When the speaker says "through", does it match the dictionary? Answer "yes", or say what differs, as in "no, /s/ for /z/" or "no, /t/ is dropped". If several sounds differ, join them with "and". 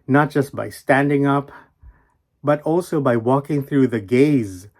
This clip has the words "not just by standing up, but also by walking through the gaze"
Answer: yes